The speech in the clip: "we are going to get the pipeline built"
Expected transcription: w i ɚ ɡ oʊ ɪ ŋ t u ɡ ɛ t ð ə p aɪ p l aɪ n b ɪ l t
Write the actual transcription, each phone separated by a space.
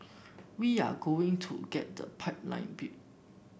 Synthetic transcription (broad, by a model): w i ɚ ɡ oʊ ɪ ŋ t u ɡ ɛ t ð ə p aɪ p l aɪ n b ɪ t